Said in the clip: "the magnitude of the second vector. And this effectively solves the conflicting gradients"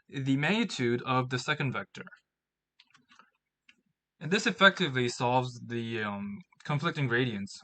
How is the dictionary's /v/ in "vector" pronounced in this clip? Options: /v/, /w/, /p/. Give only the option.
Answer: /v/